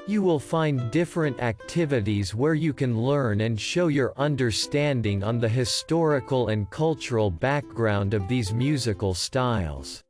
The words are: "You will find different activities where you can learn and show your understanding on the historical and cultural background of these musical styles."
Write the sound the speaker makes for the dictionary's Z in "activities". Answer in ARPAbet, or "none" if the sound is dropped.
Z